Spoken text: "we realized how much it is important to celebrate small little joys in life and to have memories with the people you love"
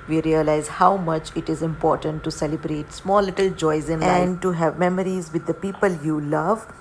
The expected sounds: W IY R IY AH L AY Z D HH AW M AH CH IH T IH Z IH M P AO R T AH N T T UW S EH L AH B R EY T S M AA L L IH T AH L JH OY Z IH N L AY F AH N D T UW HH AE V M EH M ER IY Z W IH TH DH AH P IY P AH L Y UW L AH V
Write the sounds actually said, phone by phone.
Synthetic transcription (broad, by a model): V IY R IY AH L AY Z HH AW M AH CH IH T IH Z IH M P AO R T AH N T T UW S EH L AH B R EY T S M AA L L IH T AH L JH OY Z IH N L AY AH N D T UW HH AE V M EH M ER IY Z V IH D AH P IY P AH L Y UW L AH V